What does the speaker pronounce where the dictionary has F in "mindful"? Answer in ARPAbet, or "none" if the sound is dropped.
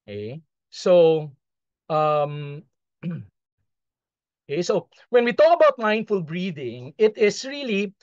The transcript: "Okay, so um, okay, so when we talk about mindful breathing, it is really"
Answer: F